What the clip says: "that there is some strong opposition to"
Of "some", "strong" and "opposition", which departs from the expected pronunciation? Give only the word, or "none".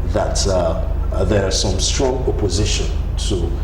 none